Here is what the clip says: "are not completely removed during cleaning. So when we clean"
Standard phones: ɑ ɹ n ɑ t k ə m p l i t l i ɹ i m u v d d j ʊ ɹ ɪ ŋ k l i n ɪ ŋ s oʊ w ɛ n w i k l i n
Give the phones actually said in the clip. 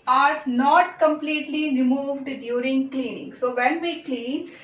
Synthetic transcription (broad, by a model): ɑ ɹ n ɑ t k ə m p l i t l i ɹ i m u v d d j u ɹ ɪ ŋ k l i n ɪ ŋ s oʊ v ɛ n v i k l i n